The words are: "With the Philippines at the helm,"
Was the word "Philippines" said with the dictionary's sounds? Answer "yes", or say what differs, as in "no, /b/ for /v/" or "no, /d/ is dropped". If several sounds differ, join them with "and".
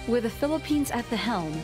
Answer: yes